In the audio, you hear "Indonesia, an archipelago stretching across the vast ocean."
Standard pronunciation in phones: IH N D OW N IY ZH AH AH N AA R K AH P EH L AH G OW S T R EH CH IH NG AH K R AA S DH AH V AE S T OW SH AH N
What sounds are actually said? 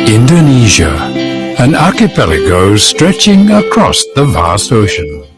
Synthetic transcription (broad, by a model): IH N D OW N IY ZH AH AH N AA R K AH P EH L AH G OW S T R EH CH IH NG AH K R AA S DH AH V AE S OW SH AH N